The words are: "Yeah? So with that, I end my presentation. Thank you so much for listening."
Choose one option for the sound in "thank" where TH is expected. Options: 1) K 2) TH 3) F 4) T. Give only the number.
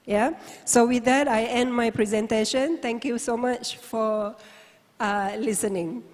4